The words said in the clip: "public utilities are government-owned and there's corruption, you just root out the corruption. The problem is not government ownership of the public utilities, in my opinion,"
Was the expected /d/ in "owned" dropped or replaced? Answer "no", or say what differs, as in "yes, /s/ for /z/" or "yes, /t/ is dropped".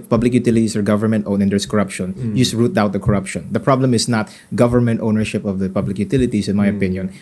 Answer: yes, /d/ is dropped